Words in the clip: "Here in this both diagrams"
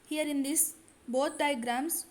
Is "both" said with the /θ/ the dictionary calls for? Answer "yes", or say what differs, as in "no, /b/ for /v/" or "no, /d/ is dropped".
no, /t/ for /θ/